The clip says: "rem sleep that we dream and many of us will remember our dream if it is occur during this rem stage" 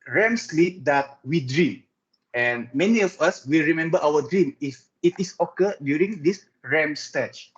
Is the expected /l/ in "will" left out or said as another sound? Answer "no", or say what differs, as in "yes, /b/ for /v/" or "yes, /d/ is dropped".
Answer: no